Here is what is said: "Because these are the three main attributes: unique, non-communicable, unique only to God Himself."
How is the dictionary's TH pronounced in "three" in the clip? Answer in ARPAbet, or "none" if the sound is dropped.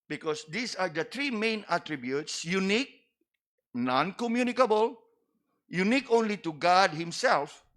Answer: T